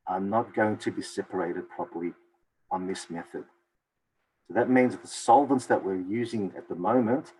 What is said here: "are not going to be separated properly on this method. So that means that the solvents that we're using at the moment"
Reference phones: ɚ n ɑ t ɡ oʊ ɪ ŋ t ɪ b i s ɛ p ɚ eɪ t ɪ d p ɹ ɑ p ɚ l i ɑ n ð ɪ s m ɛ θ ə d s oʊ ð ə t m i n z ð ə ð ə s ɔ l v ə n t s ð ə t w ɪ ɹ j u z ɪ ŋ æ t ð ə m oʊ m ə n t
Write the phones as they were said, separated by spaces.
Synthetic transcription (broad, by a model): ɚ n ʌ t ɡ oʊ ɪ ŋ t ɪ b i s ɛ p ɚ eɪ t ɪ d p ɹ ɑ p ɚ l i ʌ n ð ɪ s m ɛ θ ə d s oʊ ð ə t m i n z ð ð ə s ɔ l v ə n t s ð ə t w ɪ ɹ j u z ɪ ŋ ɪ t ð ə m oʊ m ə n t